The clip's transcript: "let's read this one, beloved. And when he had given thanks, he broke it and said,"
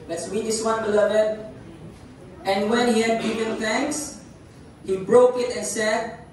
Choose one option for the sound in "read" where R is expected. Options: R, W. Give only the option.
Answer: W